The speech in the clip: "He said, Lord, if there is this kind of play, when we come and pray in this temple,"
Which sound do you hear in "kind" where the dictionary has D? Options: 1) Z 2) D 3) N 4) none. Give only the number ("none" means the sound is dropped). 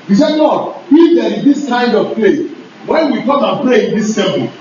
2